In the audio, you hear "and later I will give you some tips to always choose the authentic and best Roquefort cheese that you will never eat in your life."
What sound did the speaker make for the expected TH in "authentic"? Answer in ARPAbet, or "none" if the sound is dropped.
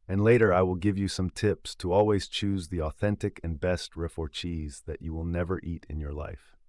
TH